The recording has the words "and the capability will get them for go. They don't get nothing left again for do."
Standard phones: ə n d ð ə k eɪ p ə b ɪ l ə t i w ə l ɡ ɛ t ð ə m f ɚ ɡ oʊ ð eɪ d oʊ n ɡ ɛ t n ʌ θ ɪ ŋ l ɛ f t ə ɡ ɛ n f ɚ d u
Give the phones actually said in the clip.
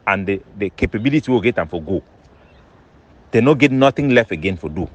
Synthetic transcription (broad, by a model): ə n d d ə k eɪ p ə b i l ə t i w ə w ɡ ɛ t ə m f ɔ ɡ oʊ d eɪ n oʊ ɡ ɛ t n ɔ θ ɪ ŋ l ɛ f t ə ɡ ɛ n f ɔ d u